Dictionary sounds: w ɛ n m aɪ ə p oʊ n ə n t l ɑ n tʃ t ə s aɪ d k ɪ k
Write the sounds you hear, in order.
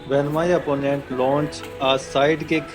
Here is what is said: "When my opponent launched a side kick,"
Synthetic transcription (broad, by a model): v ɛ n m aɪ ə p oʊ n ə n t l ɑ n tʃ ə s aɪ d k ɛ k